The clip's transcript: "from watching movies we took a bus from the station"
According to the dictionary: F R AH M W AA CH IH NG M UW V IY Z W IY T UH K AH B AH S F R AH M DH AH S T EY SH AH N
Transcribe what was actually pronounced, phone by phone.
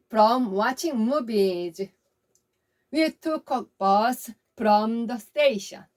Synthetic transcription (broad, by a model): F R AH M W AA CH IH NG M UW B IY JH W IY T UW K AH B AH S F R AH M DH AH S T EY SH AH N